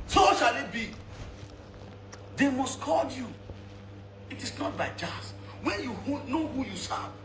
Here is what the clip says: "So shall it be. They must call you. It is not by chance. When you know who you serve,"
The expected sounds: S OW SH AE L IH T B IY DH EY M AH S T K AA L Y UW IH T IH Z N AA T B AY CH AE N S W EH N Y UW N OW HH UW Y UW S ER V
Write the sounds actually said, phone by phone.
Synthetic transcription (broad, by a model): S OW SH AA L IH T B IY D EY M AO S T K AA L Y UW IH T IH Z N AA T B AY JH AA S W EH N Y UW N OW HH UW Y UW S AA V